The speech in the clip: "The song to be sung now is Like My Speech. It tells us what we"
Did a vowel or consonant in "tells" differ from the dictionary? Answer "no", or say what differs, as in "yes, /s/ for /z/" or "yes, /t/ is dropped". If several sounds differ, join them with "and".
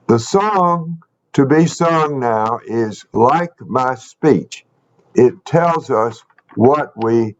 no